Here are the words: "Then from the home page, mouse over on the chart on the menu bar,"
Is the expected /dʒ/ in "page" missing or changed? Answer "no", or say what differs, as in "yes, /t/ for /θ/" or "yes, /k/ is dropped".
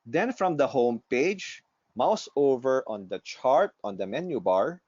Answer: no